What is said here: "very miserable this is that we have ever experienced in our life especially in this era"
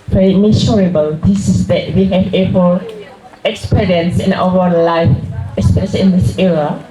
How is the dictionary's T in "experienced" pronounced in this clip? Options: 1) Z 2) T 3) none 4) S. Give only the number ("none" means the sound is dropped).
3